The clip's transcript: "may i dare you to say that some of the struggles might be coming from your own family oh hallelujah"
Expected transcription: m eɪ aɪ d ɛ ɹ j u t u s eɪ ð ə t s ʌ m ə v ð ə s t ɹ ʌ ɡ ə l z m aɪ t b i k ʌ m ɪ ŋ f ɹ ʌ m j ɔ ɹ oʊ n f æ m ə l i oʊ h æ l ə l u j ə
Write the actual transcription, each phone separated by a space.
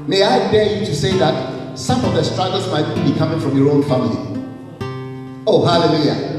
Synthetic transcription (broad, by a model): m eɪ aɪ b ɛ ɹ j u t u s eɪ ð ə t s ʌ m ə v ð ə s t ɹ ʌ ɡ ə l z m aɪ t b i k ʌ m ɪ ŋ f ɹ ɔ m j ɔ ɹ oʊ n f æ m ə l i oʊ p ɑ l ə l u j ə